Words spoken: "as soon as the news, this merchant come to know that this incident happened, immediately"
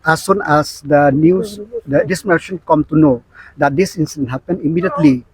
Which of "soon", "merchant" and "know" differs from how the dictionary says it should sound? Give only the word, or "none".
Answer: merchant